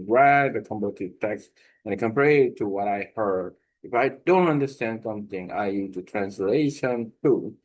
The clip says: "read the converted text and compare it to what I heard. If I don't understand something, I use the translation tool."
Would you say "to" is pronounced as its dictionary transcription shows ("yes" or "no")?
yes